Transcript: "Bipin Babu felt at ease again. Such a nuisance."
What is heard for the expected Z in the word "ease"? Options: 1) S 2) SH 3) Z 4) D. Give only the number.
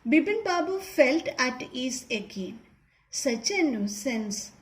1